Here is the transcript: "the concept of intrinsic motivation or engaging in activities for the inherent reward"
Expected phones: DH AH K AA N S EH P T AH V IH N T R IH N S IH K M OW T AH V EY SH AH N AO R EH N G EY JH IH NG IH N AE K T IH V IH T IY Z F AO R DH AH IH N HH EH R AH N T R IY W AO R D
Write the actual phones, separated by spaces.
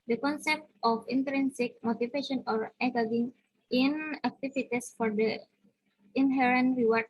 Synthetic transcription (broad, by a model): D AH K AA N S EH P T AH F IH N T R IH N S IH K M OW T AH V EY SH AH N AO R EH G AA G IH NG IH N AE K T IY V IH T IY S F AO R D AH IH N HH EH R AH N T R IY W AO R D